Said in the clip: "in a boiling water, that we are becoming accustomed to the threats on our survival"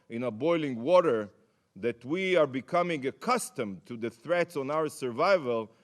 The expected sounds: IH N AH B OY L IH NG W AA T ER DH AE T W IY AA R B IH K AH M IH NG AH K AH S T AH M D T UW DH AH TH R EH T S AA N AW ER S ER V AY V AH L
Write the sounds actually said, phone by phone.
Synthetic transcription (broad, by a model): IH N AH B OY L IH NG W AA T ER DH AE T W IY AA R B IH K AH M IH NG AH K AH S T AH M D T UW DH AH TH R EH T S AA N AW ER S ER V AY V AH L